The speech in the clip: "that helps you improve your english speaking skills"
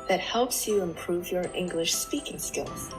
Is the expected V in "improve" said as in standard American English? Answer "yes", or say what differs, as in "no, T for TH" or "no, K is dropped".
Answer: yes